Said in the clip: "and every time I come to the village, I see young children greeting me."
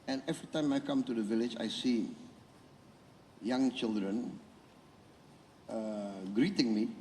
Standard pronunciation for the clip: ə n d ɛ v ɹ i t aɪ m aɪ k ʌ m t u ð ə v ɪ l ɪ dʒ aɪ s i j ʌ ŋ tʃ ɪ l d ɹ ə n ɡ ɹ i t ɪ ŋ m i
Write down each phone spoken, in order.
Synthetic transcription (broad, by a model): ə n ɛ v ɹ i t aɪ m aɪ k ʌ m t u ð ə v ɪ l ɪ dʒ aɪ s i j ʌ ŋ tʃ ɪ l d ɹ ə n ɡ ɹ i t ɪ ŋ m i